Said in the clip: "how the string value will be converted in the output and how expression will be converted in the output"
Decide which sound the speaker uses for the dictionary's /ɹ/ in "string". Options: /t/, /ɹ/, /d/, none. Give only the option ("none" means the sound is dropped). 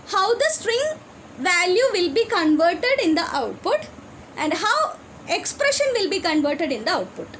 /ɹ/